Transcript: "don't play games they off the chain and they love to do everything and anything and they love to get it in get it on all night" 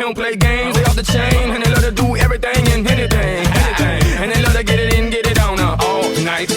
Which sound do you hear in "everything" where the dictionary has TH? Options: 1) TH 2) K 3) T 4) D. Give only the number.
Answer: 1